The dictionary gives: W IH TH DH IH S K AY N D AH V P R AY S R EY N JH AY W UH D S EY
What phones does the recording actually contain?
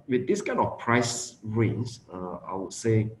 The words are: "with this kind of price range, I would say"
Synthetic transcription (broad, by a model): W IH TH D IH S K AY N AH F P R AY S R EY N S AY W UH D S EY